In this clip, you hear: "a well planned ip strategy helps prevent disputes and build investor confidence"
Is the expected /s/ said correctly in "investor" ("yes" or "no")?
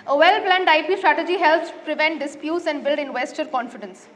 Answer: yes